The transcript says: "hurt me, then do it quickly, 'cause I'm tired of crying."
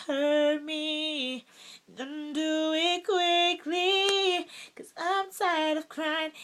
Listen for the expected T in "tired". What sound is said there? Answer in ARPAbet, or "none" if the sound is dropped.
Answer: S